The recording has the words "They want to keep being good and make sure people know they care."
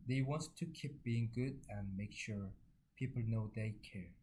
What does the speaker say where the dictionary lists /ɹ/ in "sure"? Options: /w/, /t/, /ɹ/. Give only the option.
/ɹ/